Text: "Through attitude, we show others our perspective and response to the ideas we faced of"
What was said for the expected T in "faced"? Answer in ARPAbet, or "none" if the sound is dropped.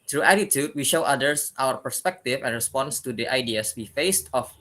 T